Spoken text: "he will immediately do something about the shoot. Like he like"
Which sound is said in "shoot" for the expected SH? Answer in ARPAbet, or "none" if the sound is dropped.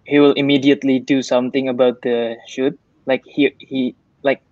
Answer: SH